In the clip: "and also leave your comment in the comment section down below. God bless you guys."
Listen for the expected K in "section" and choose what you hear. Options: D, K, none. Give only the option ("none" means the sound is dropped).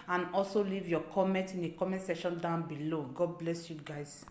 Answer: none